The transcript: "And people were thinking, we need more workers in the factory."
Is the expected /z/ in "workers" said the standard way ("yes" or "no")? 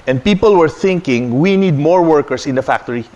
no